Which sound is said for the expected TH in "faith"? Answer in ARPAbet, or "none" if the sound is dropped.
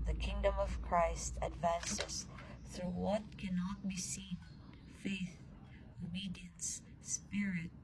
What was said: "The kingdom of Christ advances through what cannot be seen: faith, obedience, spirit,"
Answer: TH